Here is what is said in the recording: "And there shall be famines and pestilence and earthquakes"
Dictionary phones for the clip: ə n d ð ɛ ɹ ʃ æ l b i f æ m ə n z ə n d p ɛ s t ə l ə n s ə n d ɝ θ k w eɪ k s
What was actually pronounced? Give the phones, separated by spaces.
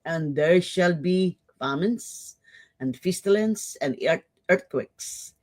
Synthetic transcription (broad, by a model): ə n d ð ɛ ɹ ʃ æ l b i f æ m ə n s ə n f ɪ s t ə l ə n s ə n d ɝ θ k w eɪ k s